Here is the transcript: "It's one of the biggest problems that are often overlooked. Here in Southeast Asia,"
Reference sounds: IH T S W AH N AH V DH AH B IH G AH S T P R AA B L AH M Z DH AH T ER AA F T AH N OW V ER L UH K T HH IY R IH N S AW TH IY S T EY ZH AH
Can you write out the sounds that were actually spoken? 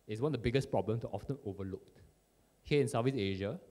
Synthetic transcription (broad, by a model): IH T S W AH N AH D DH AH B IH G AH S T P R AA B L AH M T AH T AA F T AH N OW V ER L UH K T HH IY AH IH N S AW F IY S EY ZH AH